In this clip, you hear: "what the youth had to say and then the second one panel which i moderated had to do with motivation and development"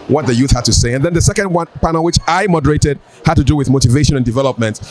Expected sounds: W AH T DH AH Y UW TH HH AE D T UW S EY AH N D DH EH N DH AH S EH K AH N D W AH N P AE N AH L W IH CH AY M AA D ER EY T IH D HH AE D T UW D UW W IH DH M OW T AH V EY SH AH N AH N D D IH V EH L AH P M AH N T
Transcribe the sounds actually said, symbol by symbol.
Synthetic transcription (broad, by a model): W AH T DH AH Y UW TH HH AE D T UW S EY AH N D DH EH N DH AH S EH K AH N D W AH N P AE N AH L W IH CH AY M AA D ER EY T IH D HH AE D T UW D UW W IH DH M OW T AH V EY SH AH N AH N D D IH V EH L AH P M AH N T